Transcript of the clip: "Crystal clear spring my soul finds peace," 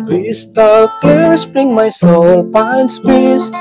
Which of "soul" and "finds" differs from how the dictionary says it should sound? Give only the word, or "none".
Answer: finds